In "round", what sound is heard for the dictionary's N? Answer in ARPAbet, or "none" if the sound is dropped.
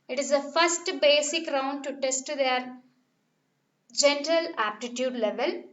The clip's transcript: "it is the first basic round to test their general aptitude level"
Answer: N